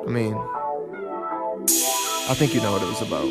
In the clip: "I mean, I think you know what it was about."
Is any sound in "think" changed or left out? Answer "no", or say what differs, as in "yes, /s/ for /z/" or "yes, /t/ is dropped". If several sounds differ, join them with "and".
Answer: no